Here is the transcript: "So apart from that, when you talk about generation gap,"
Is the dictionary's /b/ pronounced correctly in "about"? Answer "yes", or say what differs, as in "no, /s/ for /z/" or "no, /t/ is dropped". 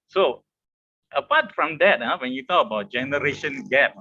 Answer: yes